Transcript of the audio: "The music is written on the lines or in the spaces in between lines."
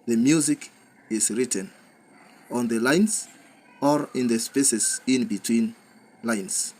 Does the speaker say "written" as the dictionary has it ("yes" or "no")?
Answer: yes